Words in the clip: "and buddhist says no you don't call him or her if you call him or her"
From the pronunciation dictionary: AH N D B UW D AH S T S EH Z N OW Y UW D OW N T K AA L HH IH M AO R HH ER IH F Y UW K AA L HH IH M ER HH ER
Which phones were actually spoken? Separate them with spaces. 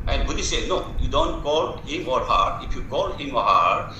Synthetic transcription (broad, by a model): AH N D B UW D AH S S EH N OW Y UW D OW N T K AA L HH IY M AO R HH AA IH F Y UW K AA L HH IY M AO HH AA